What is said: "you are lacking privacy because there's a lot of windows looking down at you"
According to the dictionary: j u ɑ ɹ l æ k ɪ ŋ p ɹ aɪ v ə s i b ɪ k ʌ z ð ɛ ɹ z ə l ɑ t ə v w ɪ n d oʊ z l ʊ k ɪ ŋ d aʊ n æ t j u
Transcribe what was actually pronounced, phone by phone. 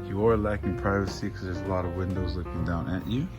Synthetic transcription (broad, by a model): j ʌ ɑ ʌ l æ k ɪ ŋ p ɹ aɪ v ə s i k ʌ z ð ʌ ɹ z ə l ɑ t ə v w ɪ n d oʊ z l ʊ k ɪ ŋ d aʊ n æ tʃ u